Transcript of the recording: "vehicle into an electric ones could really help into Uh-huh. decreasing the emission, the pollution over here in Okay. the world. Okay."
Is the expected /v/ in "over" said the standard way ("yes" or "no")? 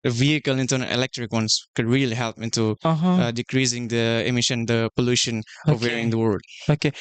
no